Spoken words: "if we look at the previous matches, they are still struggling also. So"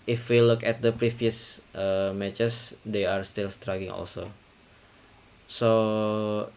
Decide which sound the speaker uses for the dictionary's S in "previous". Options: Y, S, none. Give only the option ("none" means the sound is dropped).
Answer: none